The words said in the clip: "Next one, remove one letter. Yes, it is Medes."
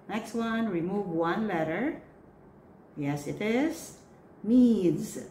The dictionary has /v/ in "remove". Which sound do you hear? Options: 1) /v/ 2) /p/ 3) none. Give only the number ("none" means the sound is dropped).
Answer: 1